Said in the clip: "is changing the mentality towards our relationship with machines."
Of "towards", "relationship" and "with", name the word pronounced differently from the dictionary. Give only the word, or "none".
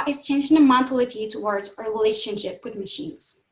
none